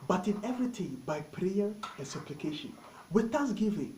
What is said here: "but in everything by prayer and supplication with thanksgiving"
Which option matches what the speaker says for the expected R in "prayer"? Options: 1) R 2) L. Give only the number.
1